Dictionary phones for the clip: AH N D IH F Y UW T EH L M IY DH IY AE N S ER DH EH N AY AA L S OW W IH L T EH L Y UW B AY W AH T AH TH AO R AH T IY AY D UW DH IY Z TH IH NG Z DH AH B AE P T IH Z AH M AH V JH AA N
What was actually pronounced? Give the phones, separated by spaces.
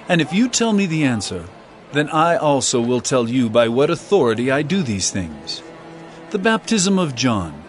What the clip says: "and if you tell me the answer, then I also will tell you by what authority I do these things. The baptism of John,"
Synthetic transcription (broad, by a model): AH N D IH F Y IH T EH L M IY DH IY AE N S ER DH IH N AY AA L S OW W IH L T EH L Y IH B AY W AH T AH TH AO R AH T IY AY D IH DH IY Z TH IH NG Z DH AH B AE P T IH Z AH M AH V JH AA N